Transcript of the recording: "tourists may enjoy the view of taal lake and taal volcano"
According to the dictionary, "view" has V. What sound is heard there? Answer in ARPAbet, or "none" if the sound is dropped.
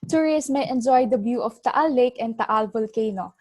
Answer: B